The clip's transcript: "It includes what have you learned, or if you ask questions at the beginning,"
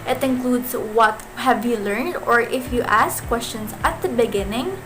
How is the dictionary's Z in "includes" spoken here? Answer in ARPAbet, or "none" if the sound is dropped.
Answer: S